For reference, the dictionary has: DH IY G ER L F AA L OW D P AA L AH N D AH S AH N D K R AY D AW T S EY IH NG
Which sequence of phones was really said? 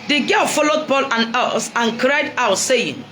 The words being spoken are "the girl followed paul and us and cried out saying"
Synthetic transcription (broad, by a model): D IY G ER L F AA L OW D P AA L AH N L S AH N K R AY D AW T S EY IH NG